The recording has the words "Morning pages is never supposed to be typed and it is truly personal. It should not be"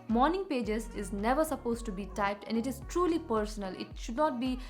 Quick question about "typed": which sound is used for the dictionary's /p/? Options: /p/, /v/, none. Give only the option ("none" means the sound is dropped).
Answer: /p/